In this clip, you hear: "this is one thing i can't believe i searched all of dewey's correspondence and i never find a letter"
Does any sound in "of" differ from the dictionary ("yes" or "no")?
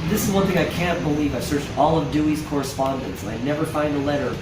no